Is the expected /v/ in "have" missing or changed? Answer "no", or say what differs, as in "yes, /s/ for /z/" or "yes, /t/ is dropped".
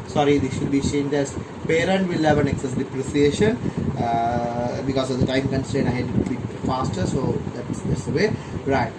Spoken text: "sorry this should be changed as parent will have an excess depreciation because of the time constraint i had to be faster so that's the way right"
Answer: no